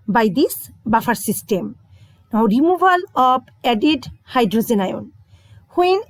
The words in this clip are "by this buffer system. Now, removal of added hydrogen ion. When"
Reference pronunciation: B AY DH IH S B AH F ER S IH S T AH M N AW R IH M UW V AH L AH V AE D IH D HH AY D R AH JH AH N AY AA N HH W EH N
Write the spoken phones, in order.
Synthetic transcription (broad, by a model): B AY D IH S B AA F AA S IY S T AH M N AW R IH M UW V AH L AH B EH D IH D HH AY D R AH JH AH N AY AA N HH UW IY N